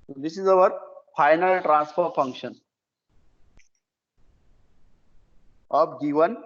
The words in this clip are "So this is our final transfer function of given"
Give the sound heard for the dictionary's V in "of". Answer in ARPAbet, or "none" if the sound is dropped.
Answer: B